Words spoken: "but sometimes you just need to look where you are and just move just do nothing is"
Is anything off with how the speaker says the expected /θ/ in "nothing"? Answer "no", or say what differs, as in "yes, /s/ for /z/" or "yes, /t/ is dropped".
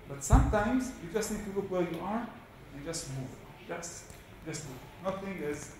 yes, /t/ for /θ/